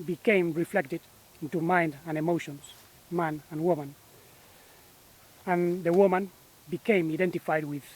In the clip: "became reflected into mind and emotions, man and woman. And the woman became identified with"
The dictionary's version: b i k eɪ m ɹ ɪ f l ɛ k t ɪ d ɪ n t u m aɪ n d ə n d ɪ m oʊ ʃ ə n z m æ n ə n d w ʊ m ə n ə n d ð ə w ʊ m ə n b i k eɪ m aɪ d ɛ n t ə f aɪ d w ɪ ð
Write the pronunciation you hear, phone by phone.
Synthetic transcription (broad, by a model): b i k eɪ m ɹ ɪ f l ɛ k t ɪ d ɪ n t u m aɪ n d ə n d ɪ m oʊ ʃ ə n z m æ n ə n w ʊ m ə n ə n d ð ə w ʊ m ə n b i k eɪ m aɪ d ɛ n t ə f aɪ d w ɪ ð